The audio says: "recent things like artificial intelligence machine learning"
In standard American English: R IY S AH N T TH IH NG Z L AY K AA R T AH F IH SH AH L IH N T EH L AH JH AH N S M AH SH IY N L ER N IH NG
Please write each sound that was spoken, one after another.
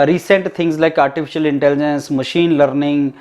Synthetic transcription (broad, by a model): R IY S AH N T T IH NG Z L AY K AA R T AH F IH SH AH L IH N T EH L AH JH AH N S M AH SH IY N L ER N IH NG